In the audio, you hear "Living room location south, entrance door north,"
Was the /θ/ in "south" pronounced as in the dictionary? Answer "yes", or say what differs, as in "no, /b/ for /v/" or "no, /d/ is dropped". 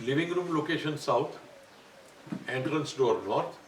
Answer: no, /t/ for /θ/